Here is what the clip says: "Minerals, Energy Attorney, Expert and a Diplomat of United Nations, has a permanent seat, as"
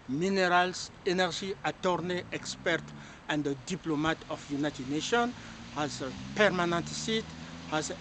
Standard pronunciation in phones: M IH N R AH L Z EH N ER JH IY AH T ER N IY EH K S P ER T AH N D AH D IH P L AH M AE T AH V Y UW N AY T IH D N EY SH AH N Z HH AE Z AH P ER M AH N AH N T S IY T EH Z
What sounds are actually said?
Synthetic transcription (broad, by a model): M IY N R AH L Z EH N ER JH IY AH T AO N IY EH K S P ER T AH N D AH D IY P L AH M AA T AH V Y UW N AY T IH D N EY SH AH N HH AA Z AH P ER M AH N AH N T S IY T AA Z